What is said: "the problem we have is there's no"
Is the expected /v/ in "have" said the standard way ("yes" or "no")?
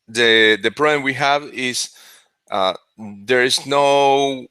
yes